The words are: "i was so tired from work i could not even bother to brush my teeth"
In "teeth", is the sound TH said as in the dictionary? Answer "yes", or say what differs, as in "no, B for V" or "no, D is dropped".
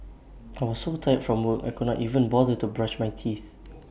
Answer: yes